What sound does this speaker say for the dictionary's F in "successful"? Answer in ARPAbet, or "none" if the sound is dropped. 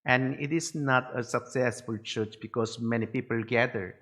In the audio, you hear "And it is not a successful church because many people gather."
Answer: F